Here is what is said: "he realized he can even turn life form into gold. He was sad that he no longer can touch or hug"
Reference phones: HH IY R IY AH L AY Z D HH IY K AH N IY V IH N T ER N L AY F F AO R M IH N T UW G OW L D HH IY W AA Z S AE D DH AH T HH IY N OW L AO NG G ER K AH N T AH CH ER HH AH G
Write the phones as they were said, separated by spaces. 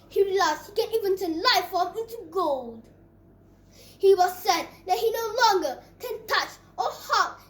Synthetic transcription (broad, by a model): HH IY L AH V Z HH IY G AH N IY V IH N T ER L AY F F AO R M IH N T UW G OW L D HH IY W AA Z S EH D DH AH T HH IY N OW L AO NG G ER K AH N T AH CH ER HH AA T